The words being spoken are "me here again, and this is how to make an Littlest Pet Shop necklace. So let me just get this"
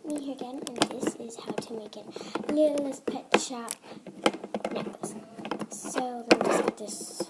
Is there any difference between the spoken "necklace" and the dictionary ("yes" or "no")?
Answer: yes